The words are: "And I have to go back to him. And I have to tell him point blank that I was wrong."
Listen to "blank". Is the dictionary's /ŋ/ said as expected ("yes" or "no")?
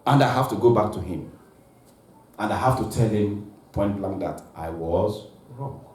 no